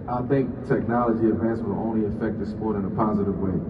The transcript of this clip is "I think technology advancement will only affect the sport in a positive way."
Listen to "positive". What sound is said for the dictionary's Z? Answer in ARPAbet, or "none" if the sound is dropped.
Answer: Z